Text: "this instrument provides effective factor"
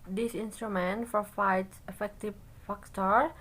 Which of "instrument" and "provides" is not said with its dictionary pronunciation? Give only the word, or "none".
provides